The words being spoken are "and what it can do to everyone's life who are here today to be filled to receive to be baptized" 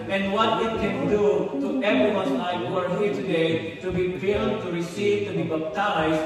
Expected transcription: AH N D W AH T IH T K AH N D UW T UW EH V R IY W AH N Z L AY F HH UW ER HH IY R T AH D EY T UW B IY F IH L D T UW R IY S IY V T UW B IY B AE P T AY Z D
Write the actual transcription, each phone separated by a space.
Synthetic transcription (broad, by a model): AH N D W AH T IH T K AH N D UW T UW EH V R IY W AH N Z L AY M HH UW ER HH IY R T AH D EY T UW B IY P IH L T UW R IY S IY V T UW B IY B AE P T AY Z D